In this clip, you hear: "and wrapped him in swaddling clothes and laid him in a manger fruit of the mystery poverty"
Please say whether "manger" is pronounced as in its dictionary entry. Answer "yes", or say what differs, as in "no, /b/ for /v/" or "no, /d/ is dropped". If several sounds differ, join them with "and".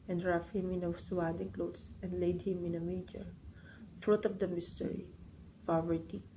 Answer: no, /n/ is dropped